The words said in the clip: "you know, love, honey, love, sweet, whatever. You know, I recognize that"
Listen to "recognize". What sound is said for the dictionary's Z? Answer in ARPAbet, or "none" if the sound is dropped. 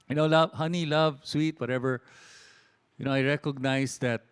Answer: S